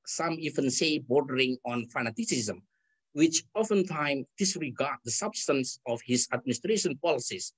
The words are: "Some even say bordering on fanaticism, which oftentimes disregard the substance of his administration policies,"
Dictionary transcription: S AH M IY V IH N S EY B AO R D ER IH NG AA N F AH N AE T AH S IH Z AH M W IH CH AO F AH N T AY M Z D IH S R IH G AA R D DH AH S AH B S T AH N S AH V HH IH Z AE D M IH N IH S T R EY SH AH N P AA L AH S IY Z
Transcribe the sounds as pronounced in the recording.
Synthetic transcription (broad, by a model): S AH M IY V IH N S EY B AO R D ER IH NG AA N F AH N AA T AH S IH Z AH M W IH CH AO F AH N T AY M D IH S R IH G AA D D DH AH S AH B S T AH N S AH F HH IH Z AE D M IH N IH S T R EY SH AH N P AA L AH S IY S